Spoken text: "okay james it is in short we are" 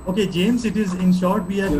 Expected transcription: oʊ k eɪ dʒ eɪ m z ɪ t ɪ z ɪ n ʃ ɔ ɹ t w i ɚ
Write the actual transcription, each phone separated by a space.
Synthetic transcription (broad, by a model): oʊ k eɪ dʒ eɪ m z ɪ t ɪ z ɪ n ʃ ɔ ɹ t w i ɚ